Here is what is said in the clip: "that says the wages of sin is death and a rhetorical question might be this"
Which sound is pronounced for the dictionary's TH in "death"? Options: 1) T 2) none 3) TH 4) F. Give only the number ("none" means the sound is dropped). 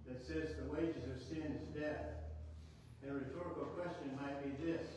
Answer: 3